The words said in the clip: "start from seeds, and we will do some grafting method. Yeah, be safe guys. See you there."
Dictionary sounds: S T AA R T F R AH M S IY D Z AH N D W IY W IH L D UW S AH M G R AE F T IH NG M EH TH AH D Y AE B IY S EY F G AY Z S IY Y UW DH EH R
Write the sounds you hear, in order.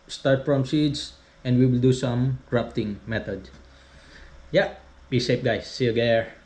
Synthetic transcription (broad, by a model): S T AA R T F R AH M S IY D S AH N D W IY W IH L D UW S AH M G R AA P T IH NG M EH T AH D Y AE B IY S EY P G AY S IY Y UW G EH R